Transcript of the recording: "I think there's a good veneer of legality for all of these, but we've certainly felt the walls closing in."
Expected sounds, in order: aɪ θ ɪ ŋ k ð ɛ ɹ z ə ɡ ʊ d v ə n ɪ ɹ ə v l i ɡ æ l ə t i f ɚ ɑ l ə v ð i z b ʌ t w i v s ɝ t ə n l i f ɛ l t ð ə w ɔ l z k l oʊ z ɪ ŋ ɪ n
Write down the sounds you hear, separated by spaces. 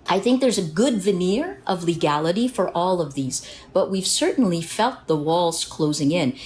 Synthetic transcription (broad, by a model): aɪ θ ɪ ŋ k ð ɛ ɹ z ə ɡ ʊ d v ə n ɪ ɹ ə v l i ɡ æ l ə t i f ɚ ɑ l ə v ð i z b ʌ t w i v s ɝ t n l i f ɛ l t ð ə w ɔ l z k l oʊ z ɪ ŋ ɪ n